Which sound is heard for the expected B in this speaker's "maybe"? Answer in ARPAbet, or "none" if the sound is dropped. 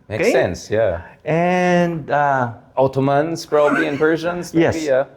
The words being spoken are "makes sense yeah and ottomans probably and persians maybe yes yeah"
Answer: none